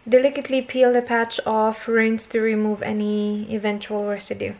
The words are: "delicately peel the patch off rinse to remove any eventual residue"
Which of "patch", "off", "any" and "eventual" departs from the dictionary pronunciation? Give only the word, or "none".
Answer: none